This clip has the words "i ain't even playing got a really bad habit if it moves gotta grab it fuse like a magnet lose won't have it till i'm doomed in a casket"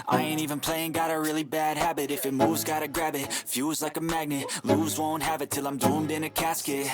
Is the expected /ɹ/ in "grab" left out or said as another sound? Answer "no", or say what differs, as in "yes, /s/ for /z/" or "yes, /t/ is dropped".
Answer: no